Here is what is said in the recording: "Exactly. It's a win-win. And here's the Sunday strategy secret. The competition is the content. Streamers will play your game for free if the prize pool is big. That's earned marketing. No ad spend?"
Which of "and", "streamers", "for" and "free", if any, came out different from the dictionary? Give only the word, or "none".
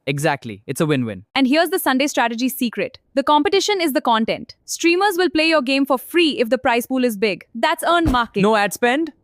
none